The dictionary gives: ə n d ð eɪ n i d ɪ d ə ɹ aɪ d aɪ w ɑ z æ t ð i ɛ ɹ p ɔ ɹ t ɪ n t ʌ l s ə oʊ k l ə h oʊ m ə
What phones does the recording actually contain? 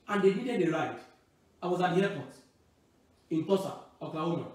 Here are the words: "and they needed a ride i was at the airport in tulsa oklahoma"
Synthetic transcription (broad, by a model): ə n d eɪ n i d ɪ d ə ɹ aɪ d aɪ w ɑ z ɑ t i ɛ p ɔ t ɪ n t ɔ s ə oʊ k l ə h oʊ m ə